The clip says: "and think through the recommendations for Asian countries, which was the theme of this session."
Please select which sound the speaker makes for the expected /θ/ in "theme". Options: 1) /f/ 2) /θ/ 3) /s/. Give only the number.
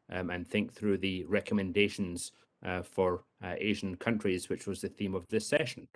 2